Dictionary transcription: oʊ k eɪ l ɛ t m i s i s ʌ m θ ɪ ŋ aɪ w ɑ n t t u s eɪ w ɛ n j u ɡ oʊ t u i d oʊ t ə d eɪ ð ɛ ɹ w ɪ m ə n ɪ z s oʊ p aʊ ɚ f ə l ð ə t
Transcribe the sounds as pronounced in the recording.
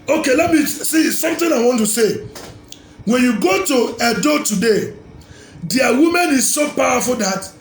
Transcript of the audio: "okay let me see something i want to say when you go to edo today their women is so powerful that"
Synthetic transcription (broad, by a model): oʊ k eɪ l ɛ t m i s i s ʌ m t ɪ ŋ aɪ w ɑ n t t u s eɪ w ɛ n j u ɡ oʊ t u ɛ d oʊ t ə d eɪ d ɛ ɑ w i m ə n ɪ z s oʊ p aʊ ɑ f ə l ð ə t